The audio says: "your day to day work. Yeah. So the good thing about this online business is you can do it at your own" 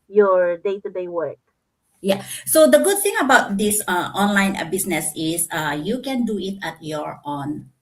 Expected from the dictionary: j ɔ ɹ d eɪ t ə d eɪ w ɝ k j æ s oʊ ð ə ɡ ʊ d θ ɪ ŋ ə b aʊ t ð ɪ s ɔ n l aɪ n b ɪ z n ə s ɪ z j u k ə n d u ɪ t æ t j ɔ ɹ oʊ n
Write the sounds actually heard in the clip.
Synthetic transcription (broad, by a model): j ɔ ɹ d eɪ t ə d eɪ w ɝ k j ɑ s oʊ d ə ɡ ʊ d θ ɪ ŋ ə b aʊ t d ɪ s ɔ n l aɪ n b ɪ s n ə s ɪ s j u k ə n d u ɪ t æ t j ɔ ɹ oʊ n